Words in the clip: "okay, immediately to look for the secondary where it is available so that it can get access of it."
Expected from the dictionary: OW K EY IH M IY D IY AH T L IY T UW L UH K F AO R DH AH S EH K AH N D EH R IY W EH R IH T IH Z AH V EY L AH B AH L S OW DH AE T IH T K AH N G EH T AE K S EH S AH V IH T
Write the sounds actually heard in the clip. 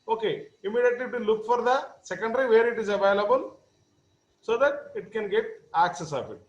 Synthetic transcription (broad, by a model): OW K EY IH M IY D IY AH T L IY T UW L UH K F AO R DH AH S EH K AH N D R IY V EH R IH T IH Z AH V EY L AH B AH L S OW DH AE T IH T K AH N G EH T AE K S EH S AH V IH T